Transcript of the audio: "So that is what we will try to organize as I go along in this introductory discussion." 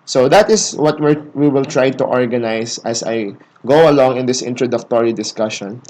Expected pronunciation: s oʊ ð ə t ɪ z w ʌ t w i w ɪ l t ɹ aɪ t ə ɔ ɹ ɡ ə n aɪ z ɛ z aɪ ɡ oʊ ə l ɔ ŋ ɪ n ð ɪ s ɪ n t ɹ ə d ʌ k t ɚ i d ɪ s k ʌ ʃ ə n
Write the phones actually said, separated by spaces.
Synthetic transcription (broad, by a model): s oʊ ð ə t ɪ s w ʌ t w i w ɪ l t ɹ aɪ t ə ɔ ɹ ɡ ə n aɪ s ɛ s aɪ ɡ oʊ ə l ɔ ŋ ɪ n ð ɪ s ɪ n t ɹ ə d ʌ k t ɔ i d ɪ s k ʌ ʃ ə n